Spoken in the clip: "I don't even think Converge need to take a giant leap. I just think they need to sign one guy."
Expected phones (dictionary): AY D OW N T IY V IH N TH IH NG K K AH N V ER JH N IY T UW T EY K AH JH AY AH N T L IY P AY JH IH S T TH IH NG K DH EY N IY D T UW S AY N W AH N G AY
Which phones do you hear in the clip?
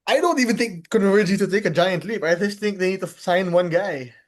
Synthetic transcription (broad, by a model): AY D OW N T IY V IH N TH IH NG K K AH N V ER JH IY T UW T EY K AH JH AY AH N T L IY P AY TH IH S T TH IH NG K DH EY N IY D T UW S AY N W AH N G AY